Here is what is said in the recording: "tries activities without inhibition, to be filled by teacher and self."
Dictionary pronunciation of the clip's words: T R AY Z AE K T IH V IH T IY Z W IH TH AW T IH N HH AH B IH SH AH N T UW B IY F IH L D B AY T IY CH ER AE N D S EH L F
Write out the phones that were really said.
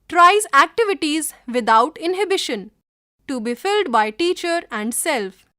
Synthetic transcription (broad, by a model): T R AY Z AE K T IH V IH T IY Z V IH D AW T IH N HH AH B IH SH AH N T UW B IY F IH L D B AY T IY CH ER AE N D S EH L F